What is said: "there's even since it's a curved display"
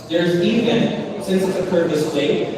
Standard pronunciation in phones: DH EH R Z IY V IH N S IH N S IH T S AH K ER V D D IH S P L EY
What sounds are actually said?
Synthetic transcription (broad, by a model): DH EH R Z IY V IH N S IH N S IH T S AH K ER D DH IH S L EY